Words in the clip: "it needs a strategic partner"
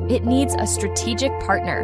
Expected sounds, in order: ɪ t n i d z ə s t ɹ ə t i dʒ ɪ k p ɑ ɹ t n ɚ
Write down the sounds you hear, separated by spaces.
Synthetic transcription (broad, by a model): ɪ t n i d z ə s t ɹ ə t i dʒ ɪ k p ɑ ɹ t n ɚ